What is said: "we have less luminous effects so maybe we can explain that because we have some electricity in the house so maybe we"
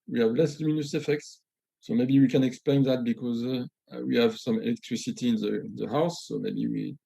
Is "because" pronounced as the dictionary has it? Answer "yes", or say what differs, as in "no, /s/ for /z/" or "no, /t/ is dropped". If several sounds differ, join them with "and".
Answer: yes